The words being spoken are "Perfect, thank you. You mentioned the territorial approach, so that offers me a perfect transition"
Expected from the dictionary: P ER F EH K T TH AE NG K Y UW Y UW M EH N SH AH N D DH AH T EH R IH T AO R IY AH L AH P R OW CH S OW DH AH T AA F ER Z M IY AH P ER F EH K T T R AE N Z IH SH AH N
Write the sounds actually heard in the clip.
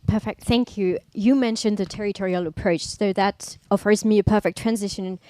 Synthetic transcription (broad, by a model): P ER F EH K T TH AE NG K Y UW Y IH M EH N SH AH N DH AH T EH R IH T AO R IY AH L AH P R OW CH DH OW DH AH T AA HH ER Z M IY AH P ER F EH K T T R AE N Z IH SH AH N